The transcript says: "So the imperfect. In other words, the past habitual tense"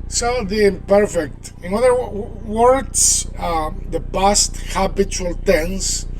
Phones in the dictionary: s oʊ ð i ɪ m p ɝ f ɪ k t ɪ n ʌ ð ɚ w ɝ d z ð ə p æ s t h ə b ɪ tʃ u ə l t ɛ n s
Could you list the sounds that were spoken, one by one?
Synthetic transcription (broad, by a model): s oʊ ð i ɪ m p ɝ f ɪ k t ɪ n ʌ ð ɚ w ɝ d s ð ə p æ s t h ə b ɪ tʃ u ə l t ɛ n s